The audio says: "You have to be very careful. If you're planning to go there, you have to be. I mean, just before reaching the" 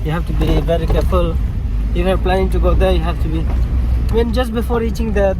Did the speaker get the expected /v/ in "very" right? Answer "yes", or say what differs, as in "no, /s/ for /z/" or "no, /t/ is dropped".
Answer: no, /b/ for /v/